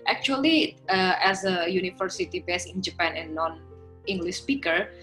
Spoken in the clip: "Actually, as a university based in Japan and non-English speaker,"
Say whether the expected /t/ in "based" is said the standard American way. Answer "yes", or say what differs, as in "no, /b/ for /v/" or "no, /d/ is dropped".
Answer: no, /t/ is dropped